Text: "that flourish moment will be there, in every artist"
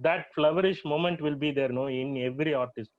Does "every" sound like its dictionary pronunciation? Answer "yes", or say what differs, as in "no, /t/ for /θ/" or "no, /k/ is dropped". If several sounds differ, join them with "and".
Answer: yes